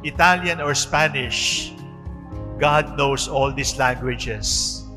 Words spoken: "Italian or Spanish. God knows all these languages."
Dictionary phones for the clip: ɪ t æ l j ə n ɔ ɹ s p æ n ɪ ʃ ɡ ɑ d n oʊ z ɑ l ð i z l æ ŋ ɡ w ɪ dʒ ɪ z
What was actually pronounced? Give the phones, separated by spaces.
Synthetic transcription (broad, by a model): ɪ t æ l j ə n ɔ ɹ s p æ n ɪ ʃ ɡ ɑ d n oʊ s ɑ l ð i s l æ ŋ ɡ w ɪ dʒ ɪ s